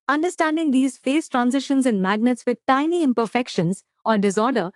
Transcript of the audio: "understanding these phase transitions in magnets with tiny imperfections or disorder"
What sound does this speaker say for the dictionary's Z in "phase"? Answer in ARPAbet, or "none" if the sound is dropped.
S